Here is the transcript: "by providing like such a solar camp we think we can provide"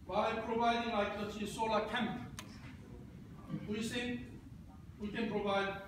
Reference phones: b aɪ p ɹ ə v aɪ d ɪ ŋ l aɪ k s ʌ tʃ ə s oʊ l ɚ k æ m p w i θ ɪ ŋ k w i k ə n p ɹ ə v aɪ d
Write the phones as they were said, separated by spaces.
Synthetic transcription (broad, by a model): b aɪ p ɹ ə v aɪ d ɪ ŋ l aɪ k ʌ s ə s oʊ l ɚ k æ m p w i s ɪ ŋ w i k ə n p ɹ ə v aɪ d